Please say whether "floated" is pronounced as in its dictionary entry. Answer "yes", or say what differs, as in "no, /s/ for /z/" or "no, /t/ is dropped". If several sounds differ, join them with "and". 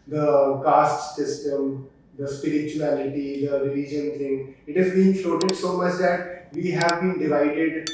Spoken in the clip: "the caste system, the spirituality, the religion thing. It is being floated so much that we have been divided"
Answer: no, /l/ is dropped